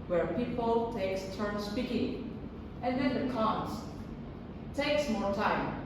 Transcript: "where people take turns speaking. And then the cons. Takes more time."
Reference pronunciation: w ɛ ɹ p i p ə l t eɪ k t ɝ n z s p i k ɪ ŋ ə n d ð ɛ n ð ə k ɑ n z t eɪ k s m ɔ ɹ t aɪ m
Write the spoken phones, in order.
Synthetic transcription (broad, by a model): w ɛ ɹ p i p ə l t eɪ k t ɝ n s p i k ɪ ŋ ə n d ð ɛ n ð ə k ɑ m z t eɪ k s m ɔ ɹ t aɪ m